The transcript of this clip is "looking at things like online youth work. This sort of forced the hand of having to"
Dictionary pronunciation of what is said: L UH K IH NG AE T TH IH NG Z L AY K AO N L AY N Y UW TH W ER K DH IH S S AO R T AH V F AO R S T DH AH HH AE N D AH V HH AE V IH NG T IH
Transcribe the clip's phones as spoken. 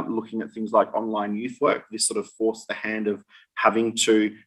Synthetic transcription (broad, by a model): L UH K IH NG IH T TH IH NG Z L AY K AO N L AY N Y UW TH W ER K DH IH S S AO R T AH V F AO R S DH AH HH AE N D AH V HH AE V IH NG T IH